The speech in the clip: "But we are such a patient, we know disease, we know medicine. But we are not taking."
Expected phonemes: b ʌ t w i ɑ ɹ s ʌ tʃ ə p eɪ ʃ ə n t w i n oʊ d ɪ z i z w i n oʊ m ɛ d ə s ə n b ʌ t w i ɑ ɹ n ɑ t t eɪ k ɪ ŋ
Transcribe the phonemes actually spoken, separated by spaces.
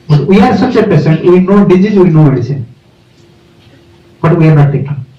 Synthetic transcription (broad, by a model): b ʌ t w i ɑ ɹ s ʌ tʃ ə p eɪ s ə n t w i n oʊ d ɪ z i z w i n oʊ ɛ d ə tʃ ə b ʌ t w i ɑ ɹ n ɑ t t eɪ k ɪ